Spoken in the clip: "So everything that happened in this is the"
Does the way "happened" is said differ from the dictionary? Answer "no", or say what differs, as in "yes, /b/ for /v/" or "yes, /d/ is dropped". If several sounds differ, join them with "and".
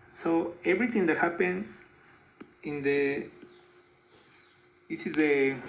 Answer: yes, /d/ is dropped